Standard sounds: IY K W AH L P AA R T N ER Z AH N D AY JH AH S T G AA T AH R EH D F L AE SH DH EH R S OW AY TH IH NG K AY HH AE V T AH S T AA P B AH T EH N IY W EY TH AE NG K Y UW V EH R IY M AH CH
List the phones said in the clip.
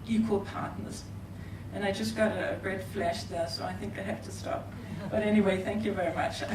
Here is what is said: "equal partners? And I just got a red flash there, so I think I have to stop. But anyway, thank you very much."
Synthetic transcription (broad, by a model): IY K W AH L P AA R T N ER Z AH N AY JH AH S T G AA T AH R EH D F L AE SH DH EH S OW AY TH IH NG K AY HH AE F T AH S T AA P B AH T EH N IY W EY TH AE NG K Y UW V EH R IY M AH CH